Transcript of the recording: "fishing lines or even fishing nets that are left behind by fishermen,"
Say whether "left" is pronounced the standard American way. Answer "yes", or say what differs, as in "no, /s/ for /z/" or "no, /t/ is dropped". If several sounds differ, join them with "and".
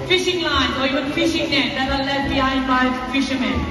no, /f/ is dropped